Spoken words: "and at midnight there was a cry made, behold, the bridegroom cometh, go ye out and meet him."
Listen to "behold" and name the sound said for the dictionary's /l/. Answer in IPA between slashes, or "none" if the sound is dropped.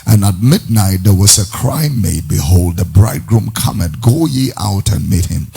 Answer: /l/